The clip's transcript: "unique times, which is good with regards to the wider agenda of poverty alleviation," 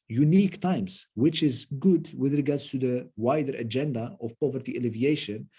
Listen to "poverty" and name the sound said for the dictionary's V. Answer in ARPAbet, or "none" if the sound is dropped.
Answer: V